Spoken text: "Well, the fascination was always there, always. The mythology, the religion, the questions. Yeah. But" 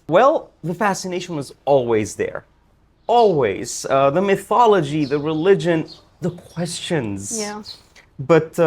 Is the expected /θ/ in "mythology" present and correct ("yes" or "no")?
yes